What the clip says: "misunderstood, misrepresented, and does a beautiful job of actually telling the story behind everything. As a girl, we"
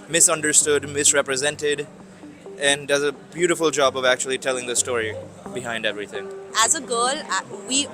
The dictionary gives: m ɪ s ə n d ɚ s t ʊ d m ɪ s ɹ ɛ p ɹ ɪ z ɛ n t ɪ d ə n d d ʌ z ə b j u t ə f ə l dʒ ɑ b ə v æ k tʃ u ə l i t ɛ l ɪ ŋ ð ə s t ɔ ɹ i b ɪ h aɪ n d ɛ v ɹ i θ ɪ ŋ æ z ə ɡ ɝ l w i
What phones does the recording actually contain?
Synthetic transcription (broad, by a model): m ɪ s ə n d ɚ s t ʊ d m ɪ s ɹ ɛ p ɹ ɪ z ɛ n t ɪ d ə n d d ʌ z ə b j u t ə f ə l dʒ ɑ b ə v æ k tʃ u ə l i t ɛ l ɪ ŋ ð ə s t ɔ ɹ i b ɪ h aɪ n d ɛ v ɹ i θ ɪ ŋ æ z ə ɡ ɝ l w i